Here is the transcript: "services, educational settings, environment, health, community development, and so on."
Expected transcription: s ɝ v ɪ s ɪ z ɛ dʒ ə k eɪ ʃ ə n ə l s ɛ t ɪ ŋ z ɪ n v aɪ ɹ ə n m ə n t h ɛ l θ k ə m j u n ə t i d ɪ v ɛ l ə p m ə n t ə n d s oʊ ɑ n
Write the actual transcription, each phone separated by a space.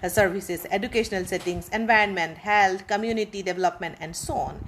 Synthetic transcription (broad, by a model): s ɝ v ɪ s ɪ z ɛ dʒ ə k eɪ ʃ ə n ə l s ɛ t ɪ ŋ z ɪ n v aɪ ɹ ə n m ə n t h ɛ l t k ə m j u n ə t i d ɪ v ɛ l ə p m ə n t ə n d s oʊ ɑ n